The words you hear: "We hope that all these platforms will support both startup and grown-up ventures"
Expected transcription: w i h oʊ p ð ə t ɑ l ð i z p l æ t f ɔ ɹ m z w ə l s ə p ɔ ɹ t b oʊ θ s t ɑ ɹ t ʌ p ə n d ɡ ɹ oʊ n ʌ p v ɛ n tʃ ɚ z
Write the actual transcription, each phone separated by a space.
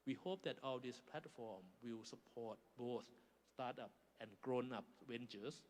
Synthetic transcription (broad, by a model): w i h oʊ p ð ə t ɑ l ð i s p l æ t f ɔ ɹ m w ə l s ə p ɔ t b oʊ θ s t ɑ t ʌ p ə n ɡ ɹ oʊ n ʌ p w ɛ n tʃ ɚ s